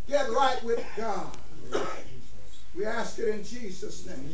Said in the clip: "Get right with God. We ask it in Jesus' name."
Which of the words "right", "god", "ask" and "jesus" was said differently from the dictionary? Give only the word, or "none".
none